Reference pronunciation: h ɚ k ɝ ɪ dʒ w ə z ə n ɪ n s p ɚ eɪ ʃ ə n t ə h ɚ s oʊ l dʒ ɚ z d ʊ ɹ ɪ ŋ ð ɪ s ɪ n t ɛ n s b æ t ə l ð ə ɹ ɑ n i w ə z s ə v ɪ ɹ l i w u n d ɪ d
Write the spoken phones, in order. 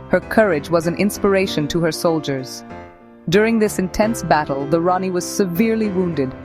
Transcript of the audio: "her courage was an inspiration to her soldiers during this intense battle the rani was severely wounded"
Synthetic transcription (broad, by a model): h ɚ k ɝ ɪ dʒ w ə z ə n ɪ n s p ɚ eɪ ʃ ə n t ə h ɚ s oʊ l dʒ ɚ z d ʊ ɹ ɪ ŋ ð ɪ s ɪ n t ɛ n s b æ t l ð ə ɹ ɑ n i w ə z s ə v ɪ ɹ l i w u n d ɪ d